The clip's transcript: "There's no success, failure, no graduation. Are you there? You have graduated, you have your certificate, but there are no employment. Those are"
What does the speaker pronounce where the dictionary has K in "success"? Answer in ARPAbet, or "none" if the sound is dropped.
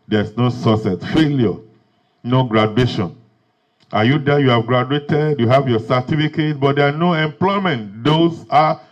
none